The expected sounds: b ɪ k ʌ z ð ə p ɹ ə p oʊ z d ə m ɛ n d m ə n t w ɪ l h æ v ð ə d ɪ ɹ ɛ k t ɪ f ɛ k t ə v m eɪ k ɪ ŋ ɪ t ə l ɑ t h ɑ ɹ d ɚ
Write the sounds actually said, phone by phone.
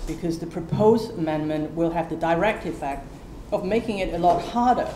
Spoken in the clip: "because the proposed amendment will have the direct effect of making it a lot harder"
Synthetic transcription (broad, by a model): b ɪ k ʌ z ð ə p ɹ ə p oʊ z d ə m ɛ n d m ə n t w ɪ l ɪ v ð ə d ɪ ɹ ɛ k t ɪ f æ k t ə v m eɪ k ɪ ŋ ɪ t ə l ɑ t h ɑ ɹ d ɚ